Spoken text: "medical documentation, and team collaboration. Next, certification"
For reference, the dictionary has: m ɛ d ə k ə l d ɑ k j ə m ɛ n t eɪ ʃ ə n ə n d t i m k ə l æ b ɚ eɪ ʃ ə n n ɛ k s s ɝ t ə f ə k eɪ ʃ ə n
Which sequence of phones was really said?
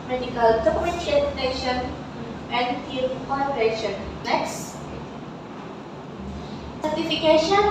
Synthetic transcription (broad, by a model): m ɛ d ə k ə l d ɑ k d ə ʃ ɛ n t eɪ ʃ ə n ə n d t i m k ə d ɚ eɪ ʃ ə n l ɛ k s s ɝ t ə f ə k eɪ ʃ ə n